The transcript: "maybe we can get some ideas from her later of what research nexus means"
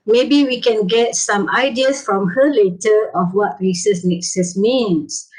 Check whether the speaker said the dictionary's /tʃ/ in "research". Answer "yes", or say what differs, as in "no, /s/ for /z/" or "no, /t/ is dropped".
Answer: no, /s/ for /tʃ/